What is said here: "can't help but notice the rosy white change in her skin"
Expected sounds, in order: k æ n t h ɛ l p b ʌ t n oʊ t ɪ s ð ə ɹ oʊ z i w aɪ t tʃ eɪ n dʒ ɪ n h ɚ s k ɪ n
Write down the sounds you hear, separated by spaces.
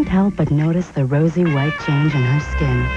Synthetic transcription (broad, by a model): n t h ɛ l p b ʌ t n oʊ t ɪ s ð ə ɹ oʊ z i w aɪ t tʃ eɪ n dʒ ɪ n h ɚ s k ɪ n